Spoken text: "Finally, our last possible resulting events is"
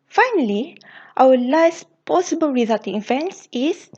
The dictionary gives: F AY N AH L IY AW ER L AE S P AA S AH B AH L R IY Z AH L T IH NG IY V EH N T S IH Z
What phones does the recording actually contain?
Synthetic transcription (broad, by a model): F AY N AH L IY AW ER L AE S P AA S AH B AH L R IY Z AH T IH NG IY V EH N T S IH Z